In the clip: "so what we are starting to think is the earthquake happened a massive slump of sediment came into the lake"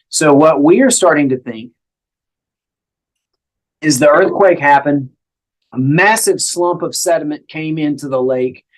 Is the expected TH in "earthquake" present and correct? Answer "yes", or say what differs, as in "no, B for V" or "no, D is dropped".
yes